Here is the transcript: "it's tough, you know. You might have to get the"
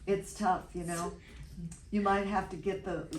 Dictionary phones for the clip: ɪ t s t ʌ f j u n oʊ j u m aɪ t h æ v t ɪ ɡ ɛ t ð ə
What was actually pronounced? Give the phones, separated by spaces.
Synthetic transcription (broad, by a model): ɪ t s t ʌ f j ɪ n oʊ j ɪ m aɪ t h æ f t ɪ ɡ ɛ t ð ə